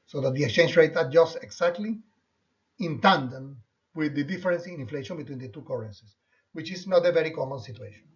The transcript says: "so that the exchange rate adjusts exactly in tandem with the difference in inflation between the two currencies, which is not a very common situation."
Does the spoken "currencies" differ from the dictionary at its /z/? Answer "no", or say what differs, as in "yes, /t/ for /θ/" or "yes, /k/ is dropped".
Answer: yes, /s/ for /z/